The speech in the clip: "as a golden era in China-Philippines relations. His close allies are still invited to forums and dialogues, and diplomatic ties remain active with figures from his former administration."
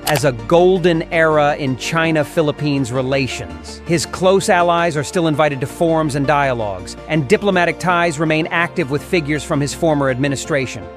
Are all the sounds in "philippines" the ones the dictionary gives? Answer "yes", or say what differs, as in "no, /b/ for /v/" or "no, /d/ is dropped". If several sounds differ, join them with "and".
yes